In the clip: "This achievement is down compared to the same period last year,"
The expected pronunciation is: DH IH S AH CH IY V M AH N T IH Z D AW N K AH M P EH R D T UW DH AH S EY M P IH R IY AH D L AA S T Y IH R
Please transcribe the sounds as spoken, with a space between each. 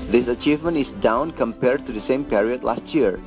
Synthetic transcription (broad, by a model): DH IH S AH CH IY V M AH N T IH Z D AW N K AH M P EH R D T UW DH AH S EY M P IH R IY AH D L AA S T Y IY R